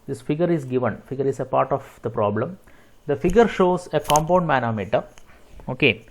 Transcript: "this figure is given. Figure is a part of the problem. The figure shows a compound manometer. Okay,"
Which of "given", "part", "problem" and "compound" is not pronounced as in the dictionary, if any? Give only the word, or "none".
none